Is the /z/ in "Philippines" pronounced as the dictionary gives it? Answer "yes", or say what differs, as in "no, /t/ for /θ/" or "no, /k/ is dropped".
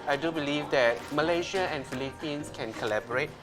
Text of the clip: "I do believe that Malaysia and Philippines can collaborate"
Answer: no, /s/ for /z/